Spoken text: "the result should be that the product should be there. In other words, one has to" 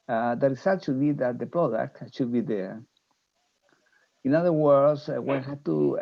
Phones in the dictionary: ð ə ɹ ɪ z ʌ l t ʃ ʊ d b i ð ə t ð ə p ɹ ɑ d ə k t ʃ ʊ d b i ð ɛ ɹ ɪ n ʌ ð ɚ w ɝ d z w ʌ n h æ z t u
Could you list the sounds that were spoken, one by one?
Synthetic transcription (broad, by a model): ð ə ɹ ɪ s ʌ t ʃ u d b i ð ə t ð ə p ɹ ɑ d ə k t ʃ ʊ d b i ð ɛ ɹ ɪ n ʌ ð ɚ w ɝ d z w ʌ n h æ t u